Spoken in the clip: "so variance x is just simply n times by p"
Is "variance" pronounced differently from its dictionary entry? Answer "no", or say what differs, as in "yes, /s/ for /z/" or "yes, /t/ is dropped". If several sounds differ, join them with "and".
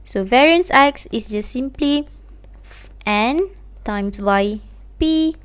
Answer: no